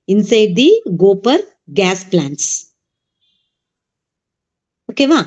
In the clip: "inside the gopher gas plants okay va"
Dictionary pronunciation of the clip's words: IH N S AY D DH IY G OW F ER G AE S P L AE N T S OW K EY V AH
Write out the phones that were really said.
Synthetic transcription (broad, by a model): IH N S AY D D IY G OW P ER G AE S P L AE N T S OW K EY V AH